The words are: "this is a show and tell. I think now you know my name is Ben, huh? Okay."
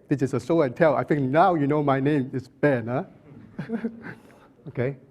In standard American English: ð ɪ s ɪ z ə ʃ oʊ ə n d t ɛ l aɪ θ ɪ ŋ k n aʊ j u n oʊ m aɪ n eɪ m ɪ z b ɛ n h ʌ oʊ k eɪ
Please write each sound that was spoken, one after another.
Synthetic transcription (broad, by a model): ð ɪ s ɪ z ə s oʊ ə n t ɛ l aɪ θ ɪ ŋ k n aʊ j u n oʊ m aɪ n eɪ m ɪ s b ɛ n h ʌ oʊ k eɪ